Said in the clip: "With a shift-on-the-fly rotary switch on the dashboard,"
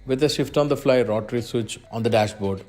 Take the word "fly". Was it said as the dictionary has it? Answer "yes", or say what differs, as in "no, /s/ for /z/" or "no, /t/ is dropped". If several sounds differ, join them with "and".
yes